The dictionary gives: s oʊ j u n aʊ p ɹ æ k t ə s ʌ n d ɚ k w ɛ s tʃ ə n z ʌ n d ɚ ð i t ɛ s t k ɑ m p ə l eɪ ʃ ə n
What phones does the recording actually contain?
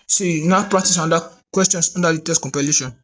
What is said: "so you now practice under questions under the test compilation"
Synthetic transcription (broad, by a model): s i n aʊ p ɹ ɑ k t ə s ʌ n d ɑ k w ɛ s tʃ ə n s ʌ n d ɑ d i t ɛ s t k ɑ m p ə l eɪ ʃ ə n